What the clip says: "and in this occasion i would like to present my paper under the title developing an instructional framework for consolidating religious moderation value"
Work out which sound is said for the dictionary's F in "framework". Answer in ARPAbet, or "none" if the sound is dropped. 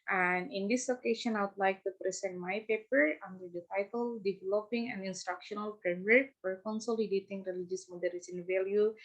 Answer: P